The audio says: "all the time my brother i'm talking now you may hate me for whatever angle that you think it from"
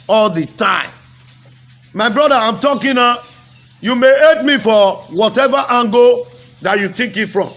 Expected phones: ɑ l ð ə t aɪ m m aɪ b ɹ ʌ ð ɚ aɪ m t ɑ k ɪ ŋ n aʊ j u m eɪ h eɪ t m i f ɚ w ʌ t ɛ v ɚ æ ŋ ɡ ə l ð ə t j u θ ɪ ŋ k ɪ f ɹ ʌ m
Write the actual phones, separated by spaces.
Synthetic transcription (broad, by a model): ɑ l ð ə t aɪ m m aɪ b ɹ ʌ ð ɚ aɪ m t ɑ k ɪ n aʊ j u m eɪ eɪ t m i f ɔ w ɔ t ɛ v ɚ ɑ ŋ ɡ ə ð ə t j u t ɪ k ɪ f ɹ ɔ m